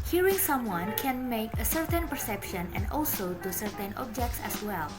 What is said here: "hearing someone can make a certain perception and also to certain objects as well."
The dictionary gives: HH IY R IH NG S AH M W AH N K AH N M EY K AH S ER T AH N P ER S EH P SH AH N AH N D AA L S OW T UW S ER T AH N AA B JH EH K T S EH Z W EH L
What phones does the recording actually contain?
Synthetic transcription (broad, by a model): HH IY R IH NG S AH M W AH N K AH N M EY K AH S ER T AH N P ER S EH P SH AH N AH N D AA L S OW T UW S ER T AH N AA B JH EH K T S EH S W EH L